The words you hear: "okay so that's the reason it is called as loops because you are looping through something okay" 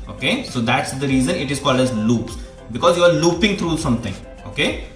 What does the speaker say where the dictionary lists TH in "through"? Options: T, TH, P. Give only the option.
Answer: T